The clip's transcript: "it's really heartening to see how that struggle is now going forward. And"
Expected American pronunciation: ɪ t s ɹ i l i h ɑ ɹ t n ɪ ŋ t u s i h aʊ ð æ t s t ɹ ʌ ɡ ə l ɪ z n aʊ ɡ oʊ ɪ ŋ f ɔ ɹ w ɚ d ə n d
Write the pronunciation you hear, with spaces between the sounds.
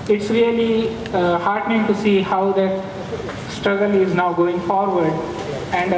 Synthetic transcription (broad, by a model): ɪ t s ɹ i l i h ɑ ɹ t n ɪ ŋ t u s i h aʊ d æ t s t ɹ ʌ ɡ ə l ɪ z n aʊ ɡ oʊ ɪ ŋ f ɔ ɹ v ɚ d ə n d